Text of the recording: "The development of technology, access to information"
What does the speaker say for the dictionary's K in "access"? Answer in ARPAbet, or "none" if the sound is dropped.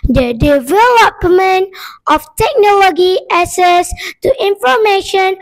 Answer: none